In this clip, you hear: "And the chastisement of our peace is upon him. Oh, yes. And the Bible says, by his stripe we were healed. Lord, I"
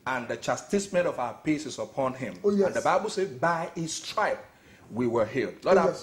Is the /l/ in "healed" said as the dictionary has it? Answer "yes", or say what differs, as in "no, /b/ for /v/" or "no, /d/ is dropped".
yes